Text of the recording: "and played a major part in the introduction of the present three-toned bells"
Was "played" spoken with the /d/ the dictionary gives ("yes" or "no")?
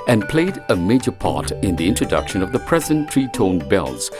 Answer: yes